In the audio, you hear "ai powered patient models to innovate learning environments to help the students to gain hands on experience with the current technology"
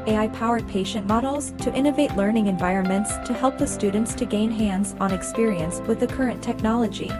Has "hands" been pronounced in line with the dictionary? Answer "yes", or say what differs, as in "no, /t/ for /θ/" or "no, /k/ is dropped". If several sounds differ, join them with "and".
yes